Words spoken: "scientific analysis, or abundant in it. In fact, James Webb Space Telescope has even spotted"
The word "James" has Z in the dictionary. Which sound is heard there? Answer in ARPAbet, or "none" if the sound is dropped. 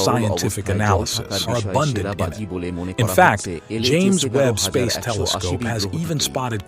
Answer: Z